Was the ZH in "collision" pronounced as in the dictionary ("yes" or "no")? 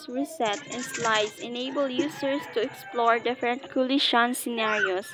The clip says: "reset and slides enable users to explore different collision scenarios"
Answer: no